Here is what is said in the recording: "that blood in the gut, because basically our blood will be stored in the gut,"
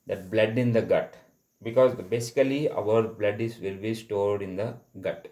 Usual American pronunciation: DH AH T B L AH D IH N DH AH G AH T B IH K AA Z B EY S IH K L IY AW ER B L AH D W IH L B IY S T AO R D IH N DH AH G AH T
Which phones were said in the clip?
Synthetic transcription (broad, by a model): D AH T B L AH D IH N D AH G AH T B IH K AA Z B EY S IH K L IY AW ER B L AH D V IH L B IY S T AO R D IH N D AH G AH T